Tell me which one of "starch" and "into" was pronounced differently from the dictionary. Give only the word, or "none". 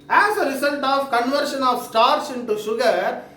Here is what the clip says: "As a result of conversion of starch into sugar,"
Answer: starch